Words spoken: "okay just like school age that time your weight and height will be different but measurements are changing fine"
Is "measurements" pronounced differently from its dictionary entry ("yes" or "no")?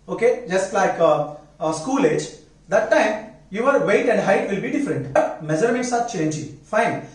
yes